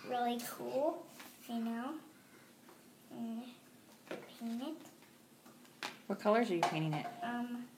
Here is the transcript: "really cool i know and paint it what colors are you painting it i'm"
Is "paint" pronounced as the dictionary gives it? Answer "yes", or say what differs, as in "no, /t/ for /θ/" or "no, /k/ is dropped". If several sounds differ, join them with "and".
no, /t/ is dropped